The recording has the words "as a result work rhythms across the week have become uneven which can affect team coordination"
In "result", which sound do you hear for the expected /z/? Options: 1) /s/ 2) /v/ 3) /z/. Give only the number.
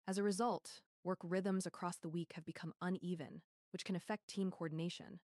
3